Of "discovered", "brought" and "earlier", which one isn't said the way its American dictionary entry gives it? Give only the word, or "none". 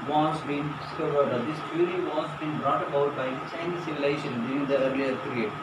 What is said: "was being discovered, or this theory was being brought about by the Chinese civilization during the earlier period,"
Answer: none